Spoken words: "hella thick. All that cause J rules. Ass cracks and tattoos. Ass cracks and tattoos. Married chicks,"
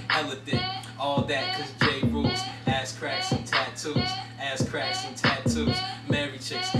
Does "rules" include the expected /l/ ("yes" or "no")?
no